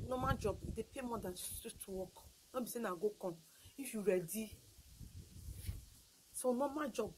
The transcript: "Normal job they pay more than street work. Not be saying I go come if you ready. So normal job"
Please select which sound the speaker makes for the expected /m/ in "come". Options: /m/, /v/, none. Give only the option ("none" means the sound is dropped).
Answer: none